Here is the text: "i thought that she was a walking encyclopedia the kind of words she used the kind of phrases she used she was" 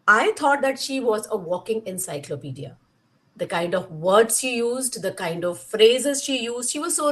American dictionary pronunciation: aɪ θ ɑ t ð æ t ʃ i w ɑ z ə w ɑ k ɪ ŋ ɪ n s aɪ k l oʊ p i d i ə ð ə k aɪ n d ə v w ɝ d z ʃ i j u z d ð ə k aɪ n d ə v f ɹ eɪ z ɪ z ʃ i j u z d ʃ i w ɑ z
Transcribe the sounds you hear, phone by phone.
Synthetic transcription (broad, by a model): aɪ t ɑ t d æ t ʃ i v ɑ z ə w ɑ k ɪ ŋ ɪ n s aɪ k l oʊ p i d i ə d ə k aɪ n d ə v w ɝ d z ʃ i j u z d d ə k aɪ n d ə v f ɹ eɪ z ɪ z ʃ i j u z d ʃ i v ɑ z